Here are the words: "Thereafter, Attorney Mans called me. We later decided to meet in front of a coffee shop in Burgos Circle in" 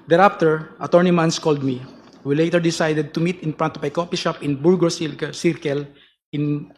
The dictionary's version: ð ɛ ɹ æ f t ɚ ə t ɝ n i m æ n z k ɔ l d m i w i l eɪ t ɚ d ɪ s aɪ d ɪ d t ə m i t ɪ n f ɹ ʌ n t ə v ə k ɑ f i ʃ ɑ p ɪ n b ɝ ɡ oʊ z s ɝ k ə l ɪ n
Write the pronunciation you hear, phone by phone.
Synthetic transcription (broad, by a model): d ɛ ɹ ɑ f t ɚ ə t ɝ n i m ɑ n s k ɔ l d m i w i l eɪ t ɚ d ɪ s aɪ d ɪ d t ə m i t ɪ n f ɹ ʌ n t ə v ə k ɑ p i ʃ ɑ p ɪ n b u ɡ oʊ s s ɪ k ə l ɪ n